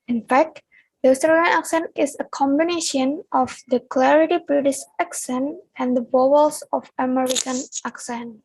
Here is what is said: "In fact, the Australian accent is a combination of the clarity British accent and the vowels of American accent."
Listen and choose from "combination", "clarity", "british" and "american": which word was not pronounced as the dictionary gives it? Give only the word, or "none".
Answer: british